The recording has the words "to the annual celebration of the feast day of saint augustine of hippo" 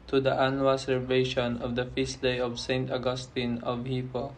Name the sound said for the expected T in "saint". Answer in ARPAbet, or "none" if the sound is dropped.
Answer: T